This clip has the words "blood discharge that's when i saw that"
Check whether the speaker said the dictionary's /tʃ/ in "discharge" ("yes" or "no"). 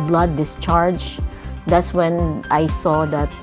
yes